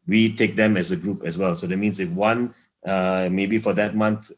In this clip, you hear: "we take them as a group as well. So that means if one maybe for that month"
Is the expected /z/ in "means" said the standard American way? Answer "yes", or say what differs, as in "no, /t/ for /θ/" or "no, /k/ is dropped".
no, /s/ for /z/